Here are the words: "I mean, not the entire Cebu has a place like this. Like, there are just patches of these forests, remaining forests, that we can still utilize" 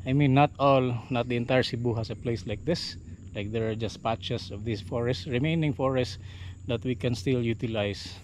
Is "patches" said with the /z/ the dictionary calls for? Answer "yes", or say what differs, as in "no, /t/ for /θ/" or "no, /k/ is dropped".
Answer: no, /s/ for /z/